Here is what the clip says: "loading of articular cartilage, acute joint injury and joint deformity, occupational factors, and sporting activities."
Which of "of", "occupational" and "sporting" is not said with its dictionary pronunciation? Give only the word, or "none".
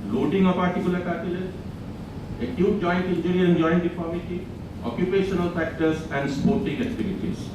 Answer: of